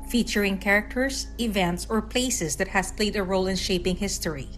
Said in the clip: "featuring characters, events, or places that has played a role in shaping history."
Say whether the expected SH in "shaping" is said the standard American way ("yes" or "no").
yes